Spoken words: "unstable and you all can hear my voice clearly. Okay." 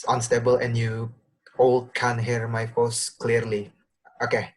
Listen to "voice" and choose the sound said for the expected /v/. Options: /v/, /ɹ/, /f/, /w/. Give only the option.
/f/